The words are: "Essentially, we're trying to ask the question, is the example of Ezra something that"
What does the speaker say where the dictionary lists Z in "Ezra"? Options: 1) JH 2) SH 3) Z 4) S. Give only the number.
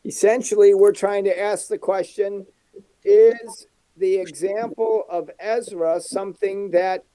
3